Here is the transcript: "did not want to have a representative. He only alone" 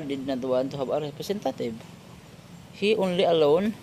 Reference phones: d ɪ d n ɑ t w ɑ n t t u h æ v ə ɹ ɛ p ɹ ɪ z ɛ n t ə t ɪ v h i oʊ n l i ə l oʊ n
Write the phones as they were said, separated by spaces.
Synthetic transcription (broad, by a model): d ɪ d n ɑ t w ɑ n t t u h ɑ b ə ɹ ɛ p ɹ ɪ s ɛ n t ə t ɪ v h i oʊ n l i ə l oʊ n